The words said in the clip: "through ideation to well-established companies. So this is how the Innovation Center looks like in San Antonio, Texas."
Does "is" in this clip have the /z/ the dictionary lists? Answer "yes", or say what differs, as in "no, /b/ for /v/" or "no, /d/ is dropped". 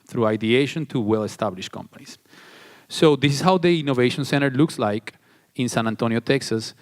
no, /s/ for /z/